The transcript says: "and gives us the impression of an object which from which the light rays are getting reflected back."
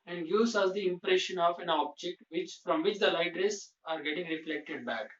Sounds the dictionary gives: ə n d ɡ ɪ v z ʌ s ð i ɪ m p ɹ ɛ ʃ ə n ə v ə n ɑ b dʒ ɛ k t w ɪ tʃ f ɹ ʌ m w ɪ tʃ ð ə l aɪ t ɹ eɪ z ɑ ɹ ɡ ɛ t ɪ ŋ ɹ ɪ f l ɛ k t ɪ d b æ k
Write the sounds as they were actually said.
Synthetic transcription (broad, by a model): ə n d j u z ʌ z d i ɪ m p ɹ ɛ ʃ ə n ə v ə n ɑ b dʒ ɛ k t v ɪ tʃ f ɹ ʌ m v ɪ tʃ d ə l aɪ t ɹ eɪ s ɑ ɹ ɡ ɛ t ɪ ŋ ɹ ɪ f l ɛ k t ɪ d b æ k